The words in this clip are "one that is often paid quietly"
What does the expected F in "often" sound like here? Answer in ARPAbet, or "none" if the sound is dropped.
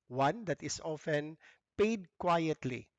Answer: F